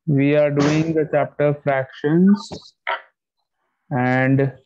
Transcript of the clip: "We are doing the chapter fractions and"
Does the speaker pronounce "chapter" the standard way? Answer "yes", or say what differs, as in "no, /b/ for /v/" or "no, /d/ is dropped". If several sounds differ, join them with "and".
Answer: yes